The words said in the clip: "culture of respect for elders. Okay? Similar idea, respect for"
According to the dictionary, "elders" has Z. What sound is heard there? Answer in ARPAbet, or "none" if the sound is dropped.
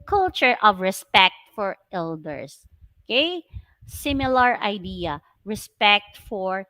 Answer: S